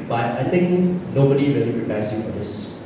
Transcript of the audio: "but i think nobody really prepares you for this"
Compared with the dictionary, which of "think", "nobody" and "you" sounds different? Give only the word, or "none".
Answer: think